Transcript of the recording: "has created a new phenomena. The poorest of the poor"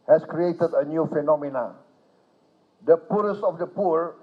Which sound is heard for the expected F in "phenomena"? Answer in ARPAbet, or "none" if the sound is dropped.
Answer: F